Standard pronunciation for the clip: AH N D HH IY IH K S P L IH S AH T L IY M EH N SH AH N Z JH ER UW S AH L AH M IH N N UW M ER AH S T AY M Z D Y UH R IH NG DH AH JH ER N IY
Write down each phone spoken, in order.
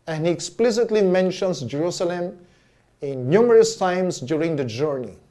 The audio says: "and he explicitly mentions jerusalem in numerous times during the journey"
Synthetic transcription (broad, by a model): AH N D HH IY IH K S P L IH S AH T L IY M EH N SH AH N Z JH ER UW S AH L AH M IH N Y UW M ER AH S T AY M S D Y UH R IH NG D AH JH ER N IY